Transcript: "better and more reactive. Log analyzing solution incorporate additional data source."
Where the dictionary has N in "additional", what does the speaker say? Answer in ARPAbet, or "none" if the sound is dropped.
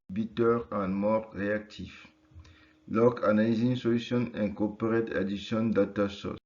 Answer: none